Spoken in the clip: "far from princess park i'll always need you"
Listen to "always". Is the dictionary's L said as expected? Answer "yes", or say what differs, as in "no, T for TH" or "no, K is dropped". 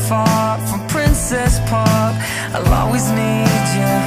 no, L is dropped